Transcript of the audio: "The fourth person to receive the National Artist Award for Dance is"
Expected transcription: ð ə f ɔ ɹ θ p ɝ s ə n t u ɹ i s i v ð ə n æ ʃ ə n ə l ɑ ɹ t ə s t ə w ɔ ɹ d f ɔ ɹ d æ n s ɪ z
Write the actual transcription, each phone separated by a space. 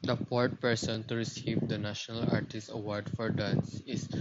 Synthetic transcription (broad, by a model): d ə p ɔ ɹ t p ɝ s ə n t u ɹ i s i v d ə n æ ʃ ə n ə l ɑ ɹ t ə s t ə w ɔ ɹ d f ɔ ɹ d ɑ n s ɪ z